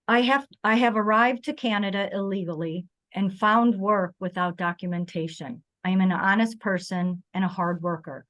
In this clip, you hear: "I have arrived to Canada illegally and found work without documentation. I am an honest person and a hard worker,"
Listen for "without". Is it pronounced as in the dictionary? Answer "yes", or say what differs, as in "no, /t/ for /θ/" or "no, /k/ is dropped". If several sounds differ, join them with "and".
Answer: yes